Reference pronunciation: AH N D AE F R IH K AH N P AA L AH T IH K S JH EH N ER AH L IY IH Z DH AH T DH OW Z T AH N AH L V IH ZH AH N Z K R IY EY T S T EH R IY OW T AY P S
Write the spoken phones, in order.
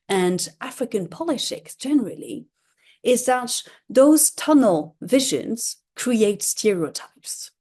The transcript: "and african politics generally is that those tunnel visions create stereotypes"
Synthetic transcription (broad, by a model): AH N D AE F R IH K AH N P AA L AH T IH K S JH EH N ER AH L IY IH Z DH AH T DH OW Z T AH N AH L V IH ZH AH N Z K R IY EY T S T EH R IY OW T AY P S